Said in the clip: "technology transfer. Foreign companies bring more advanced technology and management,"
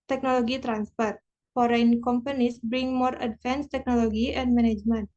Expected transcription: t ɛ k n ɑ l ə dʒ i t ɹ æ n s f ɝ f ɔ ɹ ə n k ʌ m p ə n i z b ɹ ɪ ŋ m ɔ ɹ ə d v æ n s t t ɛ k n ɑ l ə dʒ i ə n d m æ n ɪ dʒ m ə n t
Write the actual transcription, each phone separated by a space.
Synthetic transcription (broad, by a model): t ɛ k n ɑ l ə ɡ i t ɹ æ n s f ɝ f ɔ ɹ ə n k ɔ m p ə n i s b ɹ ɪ ŋ m ɔ ɹ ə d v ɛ n s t t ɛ k n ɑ l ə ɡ i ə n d m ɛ n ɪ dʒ m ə n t